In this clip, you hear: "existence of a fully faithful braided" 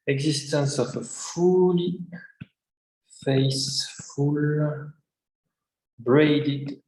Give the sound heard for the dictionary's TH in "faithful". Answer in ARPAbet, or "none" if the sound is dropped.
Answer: S